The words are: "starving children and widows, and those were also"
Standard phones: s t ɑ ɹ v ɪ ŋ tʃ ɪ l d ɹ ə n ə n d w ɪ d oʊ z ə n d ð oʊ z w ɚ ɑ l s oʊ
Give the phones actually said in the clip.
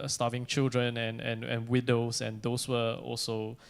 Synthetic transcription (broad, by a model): s t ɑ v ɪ ŋ tʃ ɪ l d ɹ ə n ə n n w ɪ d oʊ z ə n d oʊ s w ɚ ɑ l s oʊ